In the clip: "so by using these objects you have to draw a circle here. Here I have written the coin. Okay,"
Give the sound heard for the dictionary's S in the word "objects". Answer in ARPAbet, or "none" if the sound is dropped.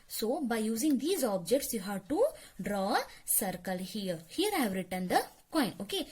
S